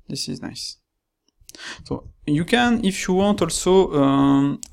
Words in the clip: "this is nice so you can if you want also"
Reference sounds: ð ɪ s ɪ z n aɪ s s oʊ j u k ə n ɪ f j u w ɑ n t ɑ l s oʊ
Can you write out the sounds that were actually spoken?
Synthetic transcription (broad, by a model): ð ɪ s ɪ z n aɪ s s oʊ j u k ə n ɪ f j u w ɑ n t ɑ l s oʊ